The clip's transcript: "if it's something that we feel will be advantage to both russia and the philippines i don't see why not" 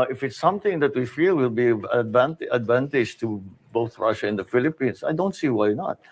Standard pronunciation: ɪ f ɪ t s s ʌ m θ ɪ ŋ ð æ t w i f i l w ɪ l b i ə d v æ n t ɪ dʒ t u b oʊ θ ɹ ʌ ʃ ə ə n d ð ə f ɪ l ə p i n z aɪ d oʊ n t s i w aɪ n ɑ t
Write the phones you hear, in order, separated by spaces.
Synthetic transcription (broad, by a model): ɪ f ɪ t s s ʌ m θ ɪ ŋ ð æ t w i f i l w ɪ l b i ə d v æ n t ɪ dʒ t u b oʊ θ ɹ ʌ ʃ ə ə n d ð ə f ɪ l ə p i n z aɪ d oʊ n t s i w aɪ n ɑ t